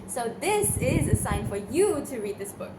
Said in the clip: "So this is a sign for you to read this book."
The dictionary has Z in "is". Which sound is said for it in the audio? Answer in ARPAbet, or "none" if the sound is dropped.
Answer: Z